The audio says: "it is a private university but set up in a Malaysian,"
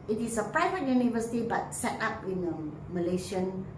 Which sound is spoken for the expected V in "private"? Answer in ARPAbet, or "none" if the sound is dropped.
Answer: V